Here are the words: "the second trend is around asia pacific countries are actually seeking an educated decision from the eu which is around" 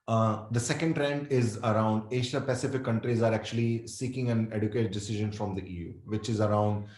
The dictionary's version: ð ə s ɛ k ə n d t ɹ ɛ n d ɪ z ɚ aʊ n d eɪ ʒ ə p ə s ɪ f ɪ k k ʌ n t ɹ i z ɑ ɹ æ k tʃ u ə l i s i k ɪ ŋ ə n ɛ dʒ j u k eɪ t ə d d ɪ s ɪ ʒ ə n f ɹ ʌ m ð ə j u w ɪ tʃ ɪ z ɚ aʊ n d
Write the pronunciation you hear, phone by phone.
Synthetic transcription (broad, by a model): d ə s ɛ k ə n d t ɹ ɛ n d ɪ z ɚ aʊ n d eɪ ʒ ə p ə s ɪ f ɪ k k ʌ n t ɹ i z ɑ ɹ æ k tʃ u ə l i s i k ɪ ŋ ə n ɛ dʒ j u k eɪ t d d ɪ s ɪ ʒ ə n f ɹ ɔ m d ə j u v ɪ tʃ ɪ z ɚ aʊ n d